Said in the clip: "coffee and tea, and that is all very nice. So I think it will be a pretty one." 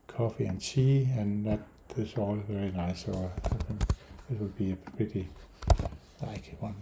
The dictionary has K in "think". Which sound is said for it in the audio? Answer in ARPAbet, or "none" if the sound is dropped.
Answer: none